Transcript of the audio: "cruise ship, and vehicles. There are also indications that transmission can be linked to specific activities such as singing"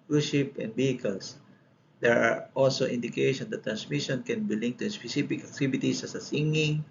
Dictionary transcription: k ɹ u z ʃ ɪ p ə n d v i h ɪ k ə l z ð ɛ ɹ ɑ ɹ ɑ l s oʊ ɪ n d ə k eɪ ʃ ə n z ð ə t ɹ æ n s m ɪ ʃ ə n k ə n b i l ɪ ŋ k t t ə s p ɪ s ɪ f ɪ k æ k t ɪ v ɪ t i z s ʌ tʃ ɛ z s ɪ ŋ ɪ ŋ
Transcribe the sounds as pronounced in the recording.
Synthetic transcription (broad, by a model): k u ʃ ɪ p ə n d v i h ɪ k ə l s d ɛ ɹ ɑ ɹ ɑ l s oʊ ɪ n d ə k eɪ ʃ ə n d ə t ɹ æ n s m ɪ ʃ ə n k ə n b i l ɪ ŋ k t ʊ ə s p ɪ s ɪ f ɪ k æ k t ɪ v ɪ t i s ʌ s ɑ s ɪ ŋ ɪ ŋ